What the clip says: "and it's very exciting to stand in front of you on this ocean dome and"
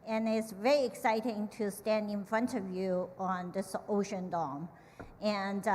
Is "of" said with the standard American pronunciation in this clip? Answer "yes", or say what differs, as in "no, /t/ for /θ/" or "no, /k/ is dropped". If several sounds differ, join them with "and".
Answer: yes